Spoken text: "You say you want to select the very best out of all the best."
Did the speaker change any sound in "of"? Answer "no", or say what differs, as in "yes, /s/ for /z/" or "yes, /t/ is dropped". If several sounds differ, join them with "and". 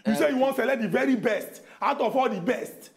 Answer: yes, /f/ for /v/